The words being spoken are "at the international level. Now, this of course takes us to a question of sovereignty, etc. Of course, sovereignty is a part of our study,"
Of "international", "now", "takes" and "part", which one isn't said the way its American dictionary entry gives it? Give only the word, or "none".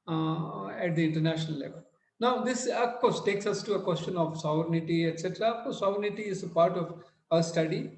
none